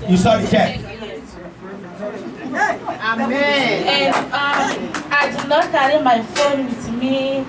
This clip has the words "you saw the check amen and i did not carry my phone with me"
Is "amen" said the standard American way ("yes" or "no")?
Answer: no